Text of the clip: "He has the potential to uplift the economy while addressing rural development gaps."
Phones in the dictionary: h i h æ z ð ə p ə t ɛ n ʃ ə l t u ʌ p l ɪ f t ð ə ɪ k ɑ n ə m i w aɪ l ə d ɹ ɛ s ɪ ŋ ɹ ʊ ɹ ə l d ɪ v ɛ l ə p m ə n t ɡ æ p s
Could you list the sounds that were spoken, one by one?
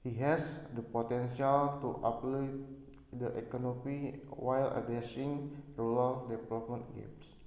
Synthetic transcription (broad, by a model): h i h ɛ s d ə p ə t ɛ n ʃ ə l t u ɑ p l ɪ t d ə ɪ k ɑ n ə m i w aɪ l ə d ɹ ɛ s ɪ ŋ ɹ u l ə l d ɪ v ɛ l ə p m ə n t ɡ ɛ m s